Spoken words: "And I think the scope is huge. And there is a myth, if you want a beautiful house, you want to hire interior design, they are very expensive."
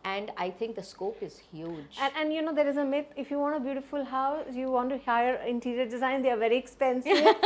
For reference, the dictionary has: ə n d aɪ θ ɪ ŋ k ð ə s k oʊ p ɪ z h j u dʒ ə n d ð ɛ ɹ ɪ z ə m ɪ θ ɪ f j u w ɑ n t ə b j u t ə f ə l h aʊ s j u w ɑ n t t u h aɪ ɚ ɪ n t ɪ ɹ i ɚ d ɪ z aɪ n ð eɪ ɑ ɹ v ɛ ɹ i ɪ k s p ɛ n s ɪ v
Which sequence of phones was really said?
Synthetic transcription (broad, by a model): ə n d aɪ t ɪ ŋ k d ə s k oʊ p ɪ z h j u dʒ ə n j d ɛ ɹ ɪ z ə m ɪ t ɪ f j u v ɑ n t ə b j u t ə f ə l h aʊ s j u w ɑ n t t u h aɪ ɚ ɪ n t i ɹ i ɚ d ɪ z aɪ n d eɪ ɑ ɹ v ɛ ɹ i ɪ k s p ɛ n s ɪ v